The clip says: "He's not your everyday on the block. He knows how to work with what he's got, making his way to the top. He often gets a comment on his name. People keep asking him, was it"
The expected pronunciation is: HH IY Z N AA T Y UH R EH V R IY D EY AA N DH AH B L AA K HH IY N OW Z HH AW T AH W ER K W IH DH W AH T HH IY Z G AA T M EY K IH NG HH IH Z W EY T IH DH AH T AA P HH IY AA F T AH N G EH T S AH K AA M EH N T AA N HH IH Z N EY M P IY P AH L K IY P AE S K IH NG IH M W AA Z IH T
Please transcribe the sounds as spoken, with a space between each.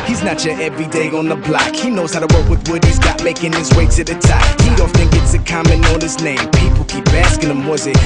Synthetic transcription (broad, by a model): HH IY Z N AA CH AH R EH V R IY D EY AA N DH AH B L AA K HH IY N OW Z HH AW T AH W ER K W IH DH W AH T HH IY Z G AA T M EY K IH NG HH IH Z W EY S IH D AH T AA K HH IY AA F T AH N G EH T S AH K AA M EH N AA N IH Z N EY M P IY P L K IY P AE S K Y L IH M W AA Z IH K